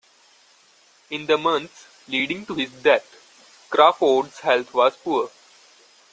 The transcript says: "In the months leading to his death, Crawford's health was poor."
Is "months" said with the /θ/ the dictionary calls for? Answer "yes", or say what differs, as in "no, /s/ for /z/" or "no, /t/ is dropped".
no, /t/ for /θ/